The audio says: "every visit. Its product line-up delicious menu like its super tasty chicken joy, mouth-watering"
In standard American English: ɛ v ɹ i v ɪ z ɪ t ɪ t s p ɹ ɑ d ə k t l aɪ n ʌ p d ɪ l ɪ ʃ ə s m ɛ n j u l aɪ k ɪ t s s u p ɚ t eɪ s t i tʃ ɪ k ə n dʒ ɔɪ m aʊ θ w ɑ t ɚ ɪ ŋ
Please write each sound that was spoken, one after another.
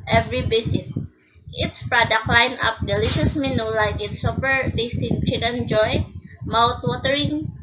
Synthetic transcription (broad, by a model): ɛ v ɹ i b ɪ s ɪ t ɪ t s p ɹ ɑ d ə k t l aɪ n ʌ p d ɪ l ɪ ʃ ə s m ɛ n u l aɪ k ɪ t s s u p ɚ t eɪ s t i tʃ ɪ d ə n dʒ ɔɪ m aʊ t w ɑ t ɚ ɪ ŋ